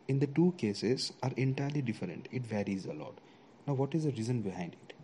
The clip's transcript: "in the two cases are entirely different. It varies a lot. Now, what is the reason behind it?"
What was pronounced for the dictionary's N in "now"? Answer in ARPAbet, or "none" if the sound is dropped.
N